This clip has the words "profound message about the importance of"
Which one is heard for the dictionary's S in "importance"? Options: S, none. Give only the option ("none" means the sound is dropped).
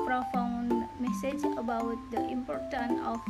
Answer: none